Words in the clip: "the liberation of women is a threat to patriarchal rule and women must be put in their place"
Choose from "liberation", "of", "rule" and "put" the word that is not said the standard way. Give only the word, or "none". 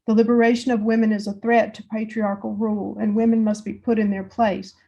none